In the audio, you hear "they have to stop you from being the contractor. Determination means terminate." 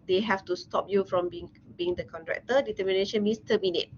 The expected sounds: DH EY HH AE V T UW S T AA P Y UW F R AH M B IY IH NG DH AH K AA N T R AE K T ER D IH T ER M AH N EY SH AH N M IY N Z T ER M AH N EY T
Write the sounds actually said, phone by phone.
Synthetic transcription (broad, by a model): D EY HH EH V T UW S T AA P Y UW F R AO M B IY IH NG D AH K AA N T R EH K T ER D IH T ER M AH N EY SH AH N M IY N S T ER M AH N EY T